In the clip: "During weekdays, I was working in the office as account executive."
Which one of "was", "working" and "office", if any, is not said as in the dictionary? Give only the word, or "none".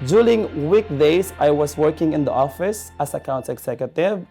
was